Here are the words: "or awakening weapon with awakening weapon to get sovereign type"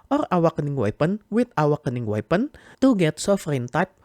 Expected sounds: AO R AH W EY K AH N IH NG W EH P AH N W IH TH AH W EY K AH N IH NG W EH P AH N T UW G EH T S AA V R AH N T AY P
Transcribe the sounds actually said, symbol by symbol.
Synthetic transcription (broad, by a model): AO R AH W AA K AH N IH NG W EH P AH N W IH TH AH W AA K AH N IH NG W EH P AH N T UW G EH T S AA F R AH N T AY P